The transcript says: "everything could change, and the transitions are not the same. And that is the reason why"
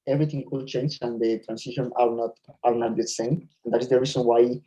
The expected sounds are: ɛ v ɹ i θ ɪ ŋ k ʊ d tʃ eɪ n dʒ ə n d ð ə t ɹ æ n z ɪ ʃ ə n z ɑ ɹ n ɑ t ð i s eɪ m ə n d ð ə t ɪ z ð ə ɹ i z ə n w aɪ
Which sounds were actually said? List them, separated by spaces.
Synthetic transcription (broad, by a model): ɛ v ɹ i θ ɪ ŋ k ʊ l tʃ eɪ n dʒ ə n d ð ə t ɹ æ n s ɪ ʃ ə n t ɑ l n ɑ t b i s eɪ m ə n d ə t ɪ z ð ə ɹ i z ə n w aɪ